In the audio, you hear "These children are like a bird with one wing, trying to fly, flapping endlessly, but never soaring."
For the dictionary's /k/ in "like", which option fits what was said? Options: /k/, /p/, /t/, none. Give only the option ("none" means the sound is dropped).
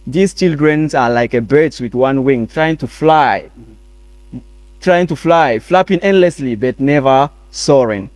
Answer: /k/